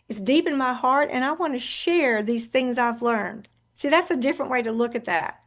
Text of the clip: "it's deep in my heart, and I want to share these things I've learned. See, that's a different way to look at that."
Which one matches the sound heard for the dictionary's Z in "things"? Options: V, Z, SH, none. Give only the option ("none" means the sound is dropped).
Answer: Z